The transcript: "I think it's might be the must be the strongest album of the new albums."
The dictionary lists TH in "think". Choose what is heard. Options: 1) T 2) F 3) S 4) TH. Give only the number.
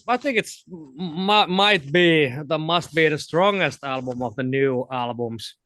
4